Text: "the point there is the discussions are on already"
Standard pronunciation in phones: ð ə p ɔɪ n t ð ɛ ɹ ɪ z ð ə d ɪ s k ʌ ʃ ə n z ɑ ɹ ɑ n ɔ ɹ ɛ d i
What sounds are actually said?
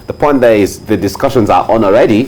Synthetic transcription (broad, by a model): ð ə p ɔɪ n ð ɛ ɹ ɪ z ð ə d ɪ s k ʌ ʃ ə n z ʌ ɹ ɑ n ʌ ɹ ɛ d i